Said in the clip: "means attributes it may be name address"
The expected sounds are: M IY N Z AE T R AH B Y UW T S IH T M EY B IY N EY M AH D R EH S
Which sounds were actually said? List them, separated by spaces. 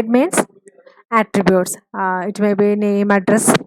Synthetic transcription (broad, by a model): M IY N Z AE T R AH B Y UW T S IH T M EY B IY N EY M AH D R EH S